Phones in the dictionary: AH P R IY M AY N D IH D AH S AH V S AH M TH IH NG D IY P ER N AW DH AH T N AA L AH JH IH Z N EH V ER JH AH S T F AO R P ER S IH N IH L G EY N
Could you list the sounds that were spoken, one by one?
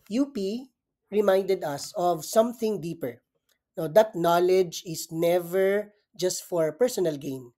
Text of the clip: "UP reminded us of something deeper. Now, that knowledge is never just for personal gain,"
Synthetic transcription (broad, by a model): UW P R IY M AY N D IH D AH S AH V S AH M TH IH NG D IY P ER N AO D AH T N AA L AH JH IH S N EH V ER JH AH S T F AO R P ER S IH N IH L G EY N